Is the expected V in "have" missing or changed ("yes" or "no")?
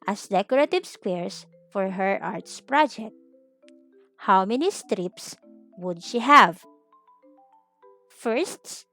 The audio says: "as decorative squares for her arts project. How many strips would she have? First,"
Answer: no